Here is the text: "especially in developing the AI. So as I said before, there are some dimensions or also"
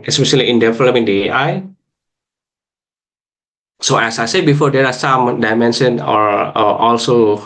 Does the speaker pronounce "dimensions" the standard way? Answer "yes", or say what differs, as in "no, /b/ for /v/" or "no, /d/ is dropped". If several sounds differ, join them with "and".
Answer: no, /z/ is dropped